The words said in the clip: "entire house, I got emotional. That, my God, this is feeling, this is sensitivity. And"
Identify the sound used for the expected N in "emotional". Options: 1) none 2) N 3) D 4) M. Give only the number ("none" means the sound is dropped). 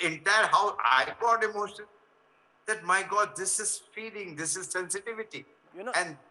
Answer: 1